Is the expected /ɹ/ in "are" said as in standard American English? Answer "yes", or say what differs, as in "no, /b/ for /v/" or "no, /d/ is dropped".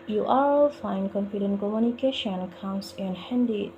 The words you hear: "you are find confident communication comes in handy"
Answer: no, /l/ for /ɹ/